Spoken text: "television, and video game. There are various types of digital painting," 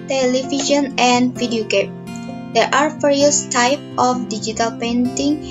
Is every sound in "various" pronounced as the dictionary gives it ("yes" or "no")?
no